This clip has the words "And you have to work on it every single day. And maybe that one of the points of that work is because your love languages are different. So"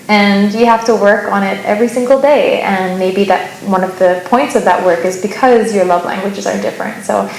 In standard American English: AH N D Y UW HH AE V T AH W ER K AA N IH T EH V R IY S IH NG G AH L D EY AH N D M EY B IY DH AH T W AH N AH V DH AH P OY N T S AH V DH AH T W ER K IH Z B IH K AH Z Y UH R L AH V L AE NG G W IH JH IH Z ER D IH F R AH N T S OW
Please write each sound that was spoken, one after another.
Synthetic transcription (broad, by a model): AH N Y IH HH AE F T AH W ER K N IH T EH V R IY S IH NG G L D EY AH N M EY B IY DH AH T W AH N AH V DH AH P OY N T S AH V DH AH T W ER K IH Z B IH K AH Z Y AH R L AH V L AE NG G W IH JH IH Z ER D IH F R AH N T S OW